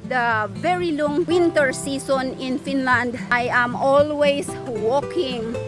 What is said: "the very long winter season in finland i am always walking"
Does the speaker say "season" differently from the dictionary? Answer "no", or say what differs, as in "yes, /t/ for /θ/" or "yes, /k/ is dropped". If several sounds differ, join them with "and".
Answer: yes, /s/ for /z/